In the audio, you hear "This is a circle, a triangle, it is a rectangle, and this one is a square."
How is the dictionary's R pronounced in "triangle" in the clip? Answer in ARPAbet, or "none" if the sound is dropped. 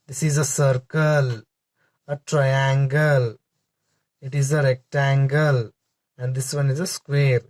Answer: R